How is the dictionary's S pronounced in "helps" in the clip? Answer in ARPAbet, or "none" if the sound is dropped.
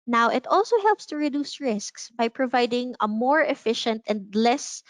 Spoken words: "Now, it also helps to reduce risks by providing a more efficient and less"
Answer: S